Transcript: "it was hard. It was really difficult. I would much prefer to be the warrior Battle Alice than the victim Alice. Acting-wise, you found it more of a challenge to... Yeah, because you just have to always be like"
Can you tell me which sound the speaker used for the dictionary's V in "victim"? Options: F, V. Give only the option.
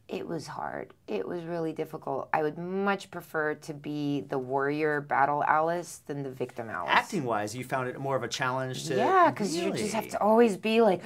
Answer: V